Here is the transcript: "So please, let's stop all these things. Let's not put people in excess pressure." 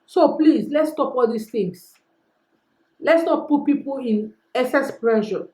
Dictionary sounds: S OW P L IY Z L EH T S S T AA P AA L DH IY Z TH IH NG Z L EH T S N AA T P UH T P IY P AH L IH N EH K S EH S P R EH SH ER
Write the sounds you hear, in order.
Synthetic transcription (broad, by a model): S OW P L IY S L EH T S S T AA P AA L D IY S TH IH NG S L EH T S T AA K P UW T P IY P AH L IH N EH S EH S P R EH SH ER